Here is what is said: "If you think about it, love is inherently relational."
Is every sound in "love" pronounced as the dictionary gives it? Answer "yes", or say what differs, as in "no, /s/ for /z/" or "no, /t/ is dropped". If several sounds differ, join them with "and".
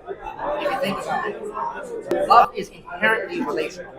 no, /v/ is dropped